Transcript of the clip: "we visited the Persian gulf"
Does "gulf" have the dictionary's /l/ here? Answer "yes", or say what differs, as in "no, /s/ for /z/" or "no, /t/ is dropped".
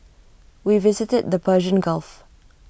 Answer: yes